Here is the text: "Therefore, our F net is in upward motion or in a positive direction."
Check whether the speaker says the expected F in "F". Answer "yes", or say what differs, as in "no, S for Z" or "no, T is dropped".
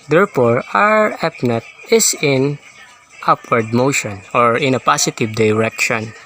no, P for F